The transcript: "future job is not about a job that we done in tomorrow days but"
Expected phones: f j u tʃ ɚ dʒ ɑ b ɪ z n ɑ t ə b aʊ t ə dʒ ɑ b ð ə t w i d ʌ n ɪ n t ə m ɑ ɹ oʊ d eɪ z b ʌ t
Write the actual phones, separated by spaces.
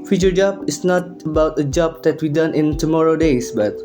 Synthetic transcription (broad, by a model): f j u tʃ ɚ dʒ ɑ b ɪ s n ɑ t ə b aʊ t ə dʒ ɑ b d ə t w i d ʌ n ɪ n t ə m ɑ ɹ oʊ d eɪ s b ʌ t